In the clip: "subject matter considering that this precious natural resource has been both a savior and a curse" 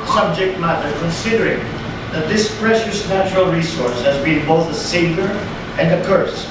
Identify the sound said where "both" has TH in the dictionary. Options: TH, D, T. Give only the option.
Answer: TH